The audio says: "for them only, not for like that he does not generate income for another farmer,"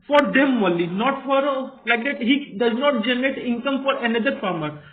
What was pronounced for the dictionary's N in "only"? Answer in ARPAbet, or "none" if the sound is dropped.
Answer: none